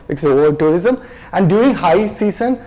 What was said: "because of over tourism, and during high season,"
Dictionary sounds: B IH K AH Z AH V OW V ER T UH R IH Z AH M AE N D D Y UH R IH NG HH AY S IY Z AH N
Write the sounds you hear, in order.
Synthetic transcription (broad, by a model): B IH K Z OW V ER T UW R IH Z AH M AE N D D Y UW IH NG HH AY S IY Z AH N